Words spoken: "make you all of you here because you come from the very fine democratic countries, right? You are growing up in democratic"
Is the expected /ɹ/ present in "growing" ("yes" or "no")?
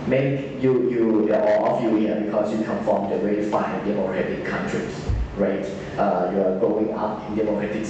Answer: no